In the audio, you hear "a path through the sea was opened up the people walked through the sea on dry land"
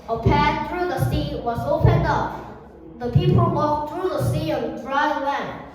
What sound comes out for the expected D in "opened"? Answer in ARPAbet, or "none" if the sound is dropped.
D